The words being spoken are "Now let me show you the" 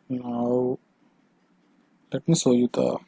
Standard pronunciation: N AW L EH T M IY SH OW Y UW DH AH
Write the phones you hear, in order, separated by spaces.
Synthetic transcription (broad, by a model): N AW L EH T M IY S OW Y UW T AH